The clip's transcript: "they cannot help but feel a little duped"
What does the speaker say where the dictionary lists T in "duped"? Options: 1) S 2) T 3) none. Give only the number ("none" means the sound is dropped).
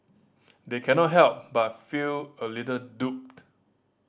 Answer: 2